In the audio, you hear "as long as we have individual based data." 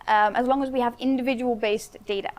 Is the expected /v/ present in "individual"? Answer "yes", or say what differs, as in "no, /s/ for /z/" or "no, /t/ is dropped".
yes